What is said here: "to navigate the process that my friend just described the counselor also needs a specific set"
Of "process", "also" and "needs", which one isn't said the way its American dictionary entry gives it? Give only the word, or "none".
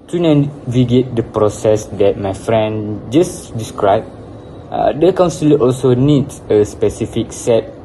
needs